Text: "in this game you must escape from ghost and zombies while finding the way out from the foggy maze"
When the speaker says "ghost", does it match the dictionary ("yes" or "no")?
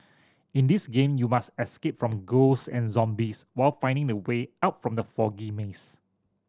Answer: no